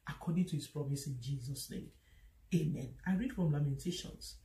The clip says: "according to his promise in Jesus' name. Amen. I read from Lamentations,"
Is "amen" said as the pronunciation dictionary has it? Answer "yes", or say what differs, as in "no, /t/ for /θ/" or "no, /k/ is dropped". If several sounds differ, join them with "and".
yes